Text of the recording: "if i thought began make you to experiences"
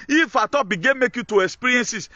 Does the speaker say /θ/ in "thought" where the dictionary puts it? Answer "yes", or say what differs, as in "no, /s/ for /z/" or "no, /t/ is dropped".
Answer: no, /t/ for /θ/